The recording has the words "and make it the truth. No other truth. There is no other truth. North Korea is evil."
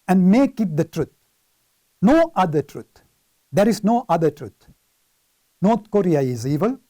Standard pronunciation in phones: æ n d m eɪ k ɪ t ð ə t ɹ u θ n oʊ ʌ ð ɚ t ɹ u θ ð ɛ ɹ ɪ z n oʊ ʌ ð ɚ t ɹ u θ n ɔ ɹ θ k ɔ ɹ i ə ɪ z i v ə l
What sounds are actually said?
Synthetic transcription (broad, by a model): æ n d m eɪ k ɪ t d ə t ɹ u t n oʊ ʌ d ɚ t ɹ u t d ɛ ɹ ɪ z n oʊ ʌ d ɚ t ɹ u t n ɔ ɹ t k ɔ ɹ i ə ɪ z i v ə l